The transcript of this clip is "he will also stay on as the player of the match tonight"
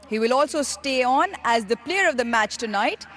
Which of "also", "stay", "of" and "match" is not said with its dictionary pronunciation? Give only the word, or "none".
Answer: none